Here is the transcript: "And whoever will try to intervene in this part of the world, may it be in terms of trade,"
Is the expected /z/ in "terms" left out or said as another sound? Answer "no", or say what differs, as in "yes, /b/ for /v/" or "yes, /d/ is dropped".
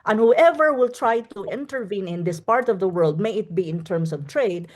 yes, /s/ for /z/